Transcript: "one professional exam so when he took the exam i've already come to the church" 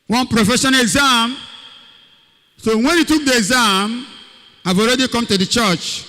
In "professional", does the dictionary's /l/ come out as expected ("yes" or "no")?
no